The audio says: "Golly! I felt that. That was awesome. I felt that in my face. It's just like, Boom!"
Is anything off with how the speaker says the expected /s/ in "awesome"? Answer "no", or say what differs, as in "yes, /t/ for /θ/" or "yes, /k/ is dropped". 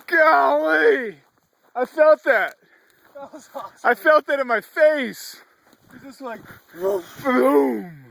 yes, /s/ is dropped